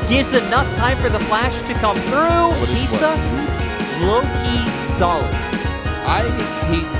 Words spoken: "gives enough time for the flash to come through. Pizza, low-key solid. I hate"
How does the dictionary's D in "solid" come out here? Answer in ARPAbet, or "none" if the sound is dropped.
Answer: none